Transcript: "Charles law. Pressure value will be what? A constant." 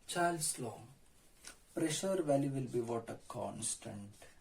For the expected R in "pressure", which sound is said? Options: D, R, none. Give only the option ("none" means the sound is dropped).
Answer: R